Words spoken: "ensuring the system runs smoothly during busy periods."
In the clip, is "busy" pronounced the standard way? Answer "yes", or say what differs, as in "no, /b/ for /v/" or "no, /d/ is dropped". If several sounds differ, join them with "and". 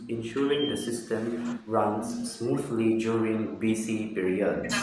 no, /s/ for /z/